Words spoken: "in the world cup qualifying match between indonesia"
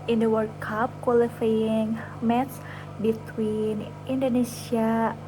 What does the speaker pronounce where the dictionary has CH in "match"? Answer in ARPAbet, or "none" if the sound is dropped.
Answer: S